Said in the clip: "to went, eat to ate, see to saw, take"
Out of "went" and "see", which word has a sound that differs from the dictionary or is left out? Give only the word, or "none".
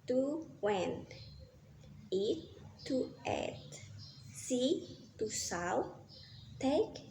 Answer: went